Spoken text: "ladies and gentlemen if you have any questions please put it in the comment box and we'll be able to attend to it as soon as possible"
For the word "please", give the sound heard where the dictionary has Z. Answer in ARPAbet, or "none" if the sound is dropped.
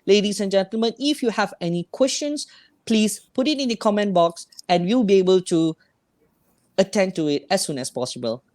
S